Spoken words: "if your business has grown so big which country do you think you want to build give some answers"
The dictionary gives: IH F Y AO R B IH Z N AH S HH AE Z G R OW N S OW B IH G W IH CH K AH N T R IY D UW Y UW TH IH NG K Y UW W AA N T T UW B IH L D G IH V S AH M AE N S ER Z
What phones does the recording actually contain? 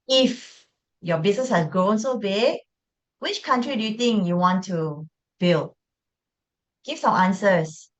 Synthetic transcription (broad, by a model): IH F Y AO B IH S N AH S HH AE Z G R OW N S OW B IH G W IH CH K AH N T R IY D UW Y UW T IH NG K Y UW W AA N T T UW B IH L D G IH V S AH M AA N S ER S